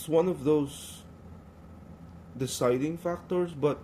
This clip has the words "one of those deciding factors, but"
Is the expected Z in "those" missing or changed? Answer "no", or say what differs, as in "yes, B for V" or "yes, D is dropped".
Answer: yes, S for Z